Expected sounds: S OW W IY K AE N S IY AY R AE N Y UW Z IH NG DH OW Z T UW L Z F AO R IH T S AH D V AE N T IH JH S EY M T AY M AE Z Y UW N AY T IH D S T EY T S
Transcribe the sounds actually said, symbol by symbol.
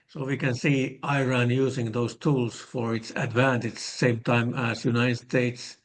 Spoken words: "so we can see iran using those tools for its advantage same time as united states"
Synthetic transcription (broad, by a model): S OW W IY K AE N S IY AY R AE N Y UW S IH NG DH OW S T UW L S F AO R IH T S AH D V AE N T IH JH S EY M T AY M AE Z Y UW N AY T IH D S T EY T S